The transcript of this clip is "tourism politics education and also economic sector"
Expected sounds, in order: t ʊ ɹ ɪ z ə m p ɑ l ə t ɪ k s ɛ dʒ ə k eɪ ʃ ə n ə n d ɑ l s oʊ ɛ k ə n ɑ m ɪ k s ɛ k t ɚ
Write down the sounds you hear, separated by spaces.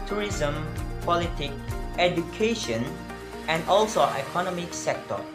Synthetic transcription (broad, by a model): t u ɹ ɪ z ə m p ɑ l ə t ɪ k ɛ dʒ ə k eɪ ʃ ə n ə n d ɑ l s oʊ ɛ k ə n ɑ m ɪ k s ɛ k t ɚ